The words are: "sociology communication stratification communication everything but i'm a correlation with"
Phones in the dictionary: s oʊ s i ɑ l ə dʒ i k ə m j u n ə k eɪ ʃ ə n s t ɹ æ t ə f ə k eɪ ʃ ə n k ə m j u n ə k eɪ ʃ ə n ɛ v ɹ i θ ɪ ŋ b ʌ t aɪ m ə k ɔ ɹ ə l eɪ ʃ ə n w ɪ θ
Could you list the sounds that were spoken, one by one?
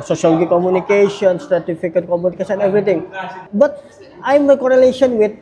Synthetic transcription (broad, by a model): s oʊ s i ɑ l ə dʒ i k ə m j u n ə k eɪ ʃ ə n s t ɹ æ t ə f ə k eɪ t k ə m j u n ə k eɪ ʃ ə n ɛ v ɹ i t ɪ ŋ b ʌ t aɪ m ə k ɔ ɹ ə l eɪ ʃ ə n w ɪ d